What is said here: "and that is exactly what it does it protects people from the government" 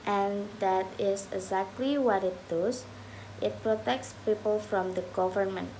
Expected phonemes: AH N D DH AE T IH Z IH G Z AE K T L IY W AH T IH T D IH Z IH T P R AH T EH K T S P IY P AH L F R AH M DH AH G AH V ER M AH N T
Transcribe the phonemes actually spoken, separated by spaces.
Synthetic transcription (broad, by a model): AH N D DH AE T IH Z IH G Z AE K T L IY W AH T IH T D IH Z IH T P R AH T EH K T S P IY P AH L F R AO M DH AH G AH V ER M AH N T